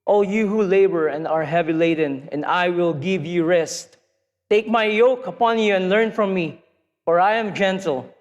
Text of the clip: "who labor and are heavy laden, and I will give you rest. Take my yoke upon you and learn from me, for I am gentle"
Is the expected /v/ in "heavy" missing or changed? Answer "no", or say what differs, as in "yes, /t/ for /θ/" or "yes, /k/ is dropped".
no